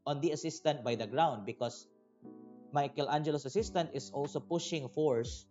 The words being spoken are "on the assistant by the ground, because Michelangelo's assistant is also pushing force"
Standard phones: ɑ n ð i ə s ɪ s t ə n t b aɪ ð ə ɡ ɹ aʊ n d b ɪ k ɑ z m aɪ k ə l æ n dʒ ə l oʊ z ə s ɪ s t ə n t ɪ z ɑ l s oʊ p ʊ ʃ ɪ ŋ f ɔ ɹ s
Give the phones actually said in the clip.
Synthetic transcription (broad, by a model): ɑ n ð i ə s ɪ s t ə n t b aɪ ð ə ɡ ɹ aʊ n d b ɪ k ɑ s m aɪ k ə l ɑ n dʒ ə l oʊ s ə s ɪ s t ə n t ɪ s ɑ l s oʊ p ʊ ʃ ɪ ŋ f ɔ ɹ s